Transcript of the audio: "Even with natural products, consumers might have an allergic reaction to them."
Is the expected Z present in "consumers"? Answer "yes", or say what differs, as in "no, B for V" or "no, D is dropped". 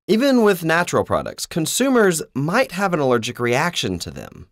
yes